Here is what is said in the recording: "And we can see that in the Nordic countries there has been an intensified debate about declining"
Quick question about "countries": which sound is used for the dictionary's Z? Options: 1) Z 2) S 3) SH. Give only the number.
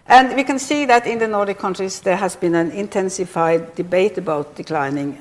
2